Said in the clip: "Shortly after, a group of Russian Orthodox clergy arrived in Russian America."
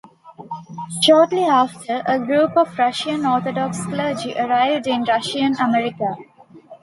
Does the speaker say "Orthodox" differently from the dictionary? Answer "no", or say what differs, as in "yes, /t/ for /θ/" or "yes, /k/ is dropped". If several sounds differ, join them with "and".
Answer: yes, /t/ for /θ/